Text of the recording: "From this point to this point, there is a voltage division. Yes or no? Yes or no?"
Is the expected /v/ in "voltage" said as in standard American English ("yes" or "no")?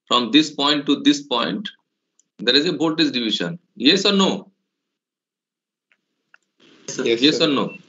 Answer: no